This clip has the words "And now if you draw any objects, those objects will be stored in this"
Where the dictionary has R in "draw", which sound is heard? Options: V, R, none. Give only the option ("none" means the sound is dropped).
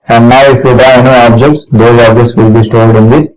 none